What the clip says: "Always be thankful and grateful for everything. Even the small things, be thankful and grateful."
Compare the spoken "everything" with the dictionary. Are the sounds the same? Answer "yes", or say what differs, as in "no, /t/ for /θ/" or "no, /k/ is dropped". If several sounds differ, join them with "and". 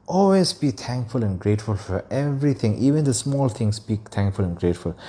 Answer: no, /t/ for /θ/